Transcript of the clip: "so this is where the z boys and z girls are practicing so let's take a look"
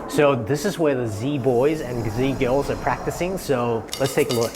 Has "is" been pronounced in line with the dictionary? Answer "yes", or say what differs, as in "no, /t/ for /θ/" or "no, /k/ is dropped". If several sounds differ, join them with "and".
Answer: yes